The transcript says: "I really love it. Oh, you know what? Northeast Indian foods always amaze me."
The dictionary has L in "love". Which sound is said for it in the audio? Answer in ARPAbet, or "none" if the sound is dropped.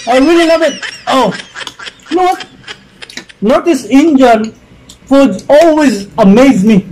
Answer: N